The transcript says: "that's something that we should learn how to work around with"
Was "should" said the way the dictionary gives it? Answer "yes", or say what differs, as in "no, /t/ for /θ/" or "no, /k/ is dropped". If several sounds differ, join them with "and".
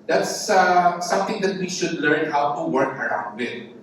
yes